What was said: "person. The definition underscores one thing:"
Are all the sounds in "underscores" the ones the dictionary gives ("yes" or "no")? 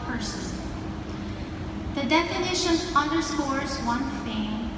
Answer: no